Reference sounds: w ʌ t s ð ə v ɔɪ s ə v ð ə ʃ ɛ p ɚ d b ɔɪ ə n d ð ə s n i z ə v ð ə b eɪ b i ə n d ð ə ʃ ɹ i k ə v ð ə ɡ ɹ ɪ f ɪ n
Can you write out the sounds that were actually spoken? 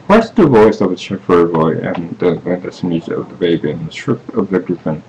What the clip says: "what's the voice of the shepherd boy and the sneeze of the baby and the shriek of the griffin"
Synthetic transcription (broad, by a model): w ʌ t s ð ə v ɔɪ s ə v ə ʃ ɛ f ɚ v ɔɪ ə n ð ð ə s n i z ə v ð ə b eɪ b i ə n ð ə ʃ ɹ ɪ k ə v ð ə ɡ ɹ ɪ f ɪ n